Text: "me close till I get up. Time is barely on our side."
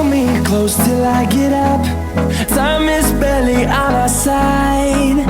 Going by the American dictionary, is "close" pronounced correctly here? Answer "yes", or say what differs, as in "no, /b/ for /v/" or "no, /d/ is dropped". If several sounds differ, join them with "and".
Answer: yes